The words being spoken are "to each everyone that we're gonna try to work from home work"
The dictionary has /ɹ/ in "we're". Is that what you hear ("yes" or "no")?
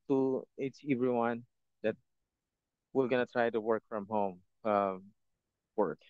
no